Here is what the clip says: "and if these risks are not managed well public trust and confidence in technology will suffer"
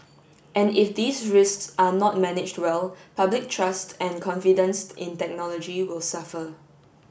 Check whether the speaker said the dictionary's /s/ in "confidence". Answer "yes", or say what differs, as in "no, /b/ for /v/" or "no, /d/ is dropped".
yes